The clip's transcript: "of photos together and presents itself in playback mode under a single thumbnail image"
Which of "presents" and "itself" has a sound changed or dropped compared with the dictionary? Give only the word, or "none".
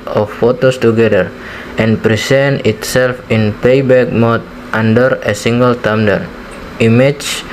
presents